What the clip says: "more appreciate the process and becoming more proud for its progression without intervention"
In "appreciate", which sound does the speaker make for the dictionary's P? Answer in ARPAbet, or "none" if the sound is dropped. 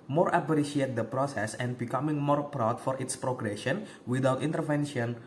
B